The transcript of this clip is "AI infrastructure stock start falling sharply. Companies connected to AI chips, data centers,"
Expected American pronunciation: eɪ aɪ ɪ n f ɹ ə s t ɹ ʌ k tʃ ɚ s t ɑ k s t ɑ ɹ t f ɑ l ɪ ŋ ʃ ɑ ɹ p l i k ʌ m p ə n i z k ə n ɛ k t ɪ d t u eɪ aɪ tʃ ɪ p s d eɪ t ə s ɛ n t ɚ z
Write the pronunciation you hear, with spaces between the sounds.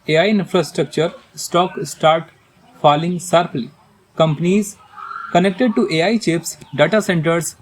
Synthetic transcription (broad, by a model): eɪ aɪ ɪ n f ɹ ə s t ɹ ʌ k tʃ ɚ s t ɑ k s t ɑ ɹ t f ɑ l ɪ ŋ s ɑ ɹ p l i k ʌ m p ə n i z k ə n ɛ k t ɪ d t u eɪ aɪ tʃ ɪ p s d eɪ t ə s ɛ n t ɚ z